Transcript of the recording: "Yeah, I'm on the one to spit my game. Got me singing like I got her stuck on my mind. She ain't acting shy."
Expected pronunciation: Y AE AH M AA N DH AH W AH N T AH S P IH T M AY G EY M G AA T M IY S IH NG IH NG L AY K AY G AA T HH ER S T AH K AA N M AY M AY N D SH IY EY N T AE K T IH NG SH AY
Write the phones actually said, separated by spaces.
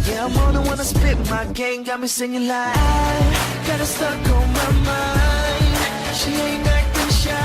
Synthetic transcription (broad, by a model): Y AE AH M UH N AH W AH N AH S P IH T M AY G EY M G AA T M IY S IH NG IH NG L AY AY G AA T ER S T AH K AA L M AY M AY N D SH IY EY N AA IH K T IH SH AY